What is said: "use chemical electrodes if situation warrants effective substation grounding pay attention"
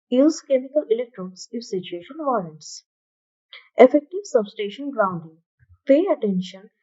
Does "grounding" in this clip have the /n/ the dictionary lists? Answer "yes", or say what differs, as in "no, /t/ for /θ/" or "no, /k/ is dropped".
yes